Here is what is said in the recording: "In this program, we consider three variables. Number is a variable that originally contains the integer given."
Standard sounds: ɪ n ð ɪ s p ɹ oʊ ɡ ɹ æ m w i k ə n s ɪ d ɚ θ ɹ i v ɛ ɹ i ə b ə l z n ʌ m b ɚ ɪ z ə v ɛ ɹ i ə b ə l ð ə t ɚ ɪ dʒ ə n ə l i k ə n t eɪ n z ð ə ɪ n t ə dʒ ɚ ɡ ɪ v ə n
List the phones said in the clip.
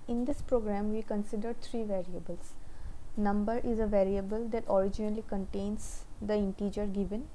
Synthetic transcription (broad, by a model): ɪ n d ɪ s p ɹ oʊ ɡ ɹ æ m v i k ə n s ɪ d ɚ t ɹ i v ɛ ɹ i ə b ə l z n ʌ m b ɚ ɪ z ə v ɛ ɹ i ə b ə l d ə t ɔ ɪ dʒ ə n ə l i k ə n t eɪ n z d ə ɪ n t ə dʒ ɚ ɡ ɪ v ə n